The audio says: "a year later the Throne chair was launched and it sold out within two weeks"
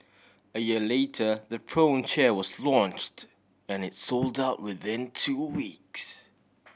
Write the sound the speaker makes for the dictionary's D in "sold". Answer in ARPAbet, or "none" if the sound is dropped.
D